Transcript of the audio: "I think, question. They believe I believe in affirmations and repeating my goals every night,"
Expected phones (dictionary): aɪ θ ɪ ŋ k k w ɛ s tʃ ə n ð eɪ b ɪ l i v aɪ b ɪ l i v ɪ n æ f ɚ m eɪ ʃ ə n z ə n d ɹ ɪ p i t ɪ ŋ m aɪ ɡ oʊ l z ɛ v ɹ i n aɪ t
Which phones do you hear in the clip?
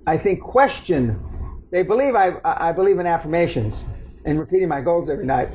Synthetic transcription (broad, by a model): aɪ θ ɪ ŋ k k w ɛ s tʃ ə n ð eɪ b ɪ l i v aɪ b ɪ l i v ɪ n æ f ɚ m eɪ ʃ ə n z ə n ɹ ɪ p i t ɪ ŋ m aɪ ɡ oʊ l z ɛ v ɹ i n aɪ t